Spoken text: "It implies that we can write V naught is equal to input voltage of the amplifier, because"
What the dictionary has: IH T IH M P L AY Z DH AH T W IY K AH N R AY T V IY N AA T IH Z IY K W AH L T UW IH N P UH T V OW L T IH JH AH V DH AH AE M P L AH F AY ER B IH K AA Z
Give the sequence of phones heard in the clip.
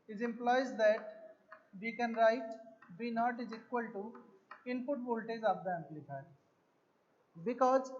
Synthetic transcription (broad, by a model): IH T IH M P L AY Z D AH T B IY K AH N R AY T B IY N AA T IH Z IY K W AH L T UW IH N P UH T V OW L T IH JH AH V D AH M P L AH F AY B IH K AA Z